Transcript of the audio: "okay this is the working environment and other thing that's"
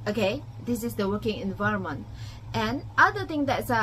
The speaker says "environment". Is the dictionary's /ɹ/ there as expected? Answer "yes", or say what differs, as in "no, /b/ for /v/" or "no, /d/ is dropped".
yes